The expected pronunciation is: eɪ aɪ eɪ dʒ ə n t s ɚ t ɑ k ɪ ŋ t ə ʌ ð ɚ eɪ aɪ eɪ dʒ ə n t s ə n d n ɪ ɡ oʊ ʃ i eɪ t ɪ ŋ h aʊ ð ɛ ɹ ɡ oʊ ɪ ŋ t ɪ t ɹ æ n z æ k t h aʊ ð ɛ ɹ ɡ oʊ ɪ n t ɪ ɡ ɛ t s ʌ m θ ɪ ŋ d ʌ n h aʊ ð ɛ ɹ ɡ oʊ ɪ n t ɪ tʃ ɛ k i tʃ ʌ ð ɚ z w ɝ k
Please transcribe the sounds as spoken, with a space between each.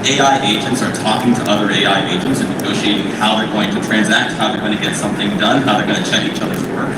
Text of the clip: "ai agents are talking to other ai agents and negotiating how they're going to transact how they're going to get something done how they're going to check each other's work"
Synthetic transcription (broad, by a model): eɪ aɪ eɪ dʒ ə n t s ɚ t ɑ k ɪ ŋ t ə ʌ ð ɚ eɪ aɪ eɪ dʒ ə n t s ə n n ɪ ɡ oʊ ʃ i eɪ t ɪ ŋ h aʊ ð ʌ ɹ ɡ oʊ ɪ ŋ t ɪ t ɹ æ n z æ k t h aʊ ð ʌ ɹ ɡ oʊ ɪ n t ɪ ɡ ɛ t s ʌ m θ ɪ ŋ d ʌ n h aʊ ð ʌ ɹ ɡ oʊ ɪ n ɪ tʃ ɛ k i tʃ ʌ ð ɚ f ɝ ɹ